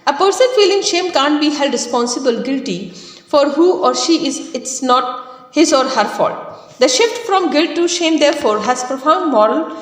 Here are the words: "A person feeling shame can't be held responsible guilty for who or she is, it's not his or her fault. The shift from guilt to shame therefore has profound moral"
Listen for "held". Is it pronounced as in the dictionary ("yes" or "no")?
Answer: no